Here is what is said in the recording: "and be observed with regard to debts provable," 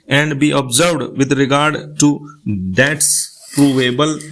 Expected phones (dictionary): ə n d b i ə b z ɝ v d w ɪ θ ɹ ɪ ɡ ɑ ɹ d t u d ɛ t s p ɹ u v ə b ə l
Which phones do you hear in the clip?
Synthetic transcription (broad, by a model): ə n d b i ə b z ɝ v d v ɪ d ɹ ɪ ɡ ɑ ɹ d t u d ɛ t s p ɹ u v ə b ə l